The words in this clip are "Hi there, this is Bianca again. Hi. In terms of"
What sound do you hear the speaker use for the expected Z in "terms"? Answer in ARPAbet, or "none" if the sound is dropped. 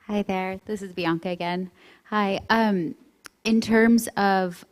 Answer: Z